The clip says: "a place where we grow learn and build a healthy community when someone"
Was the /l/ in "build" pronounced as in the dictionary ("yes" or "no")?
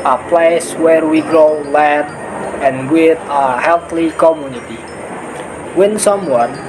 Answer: no